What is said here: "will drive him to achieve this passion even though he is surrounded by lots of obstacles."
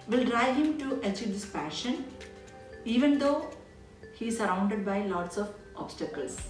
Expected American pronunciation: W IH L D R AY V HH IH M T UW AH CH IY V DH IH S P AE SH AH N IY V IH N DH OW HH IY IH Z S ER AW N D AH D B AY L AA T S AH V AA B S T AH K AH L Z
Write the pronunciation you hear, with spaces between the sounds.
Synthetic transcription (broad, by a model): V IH L D R AY V HH IH M T UW AH CH IY V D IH S P AE SH AH N IY V IH N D OW HH IY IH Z S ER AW N D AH D B AY L AA T S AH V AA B S T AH K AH L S